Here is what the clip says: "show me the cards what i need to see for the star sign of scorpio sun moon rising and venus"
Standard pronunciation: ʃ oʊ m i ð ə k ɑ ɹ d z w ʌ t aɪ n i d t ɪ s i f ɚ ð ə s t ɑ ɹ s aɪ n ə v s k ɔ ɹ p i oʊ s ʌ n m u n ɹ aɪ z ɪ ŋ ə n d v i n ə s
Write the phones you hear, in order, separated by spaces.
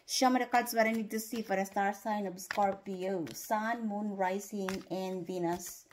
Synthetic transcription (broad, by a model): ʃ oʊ m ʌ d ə k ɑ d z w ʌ t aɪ n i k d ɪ s i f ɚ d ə s t ɑ ɹ s aɪ n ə b s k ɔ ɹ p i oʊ s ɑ n m u n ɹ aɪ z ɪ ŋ ə n d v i n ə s